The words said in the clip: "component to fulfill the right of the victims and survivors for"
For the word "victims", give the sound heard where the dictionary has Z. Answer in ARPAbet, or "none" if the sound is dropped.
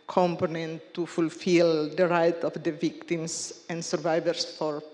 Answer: S